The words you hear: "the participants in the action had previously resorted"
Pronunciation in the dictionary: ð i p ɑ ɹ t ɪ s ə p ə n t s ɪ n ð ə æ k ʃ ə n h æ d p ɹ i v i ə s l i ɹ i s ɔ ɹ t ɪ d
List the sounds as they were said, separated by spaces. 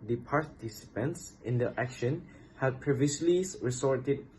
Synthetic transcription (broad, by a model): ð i p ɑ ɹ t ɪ s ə p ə n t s ɪ n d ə æ k ʃ ə n h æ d p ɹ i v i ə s l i ɹ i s ɔ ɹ t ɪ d